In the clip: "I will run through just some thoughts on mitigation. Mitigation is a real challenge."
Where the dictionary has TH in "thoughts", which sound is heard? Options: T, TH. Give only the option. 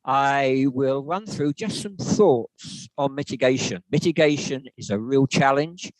TH